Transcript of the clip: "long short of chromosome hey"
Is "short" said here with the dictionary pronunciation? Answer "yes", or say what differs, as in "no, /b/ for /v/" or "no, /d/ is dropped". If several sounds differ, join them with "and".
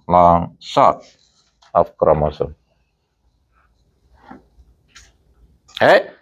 no, /s/ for /ʃ/